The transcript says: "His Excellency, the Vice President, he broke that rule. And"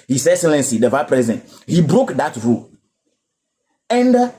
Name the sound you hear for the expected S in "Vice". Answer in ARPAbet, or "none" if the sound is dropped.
none